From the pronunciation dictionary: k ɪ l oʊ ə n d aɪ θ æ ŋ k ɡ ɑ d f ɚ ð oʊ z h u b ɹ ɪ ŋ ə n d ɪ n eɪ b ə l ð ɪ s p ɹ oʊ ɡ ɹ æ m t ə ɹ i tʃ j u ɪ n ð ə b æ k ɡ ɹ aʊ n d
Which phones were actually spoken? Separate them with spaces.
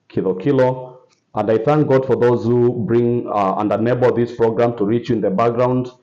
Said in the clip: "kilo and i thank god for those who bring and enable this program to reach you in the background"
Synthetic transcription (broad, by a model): k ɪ l oʊ ə n d aɪ θ æ ŋ k ɡ ɑ d f ɚ ð oʊ z h u b ɹ ɪ ŋ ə n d ɪ n eɪ b ə l ð ɪ s p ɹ oʊ ɡ ɹ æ m t ə ɹ i tʃ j ɪ n ð ə b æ k ɡ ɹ aʊ n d